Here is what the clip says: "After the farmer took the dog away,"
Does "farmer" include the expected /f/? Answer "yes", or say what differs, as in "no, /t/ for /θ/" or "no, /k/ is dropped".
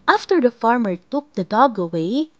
yes